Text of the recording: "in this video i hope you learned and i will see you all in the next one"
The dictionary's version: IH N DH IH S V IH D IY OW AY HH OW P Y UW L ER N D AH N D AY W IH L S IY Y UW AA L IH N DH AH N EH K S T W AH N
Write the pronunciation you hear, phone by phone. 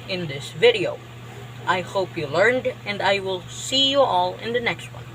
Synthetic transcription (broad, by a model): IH N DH IH S V IH D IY OW AY HH OW P Y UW L ER N D AH N D AY W IH L S IY Y UW AA L IH N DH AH N EH K S T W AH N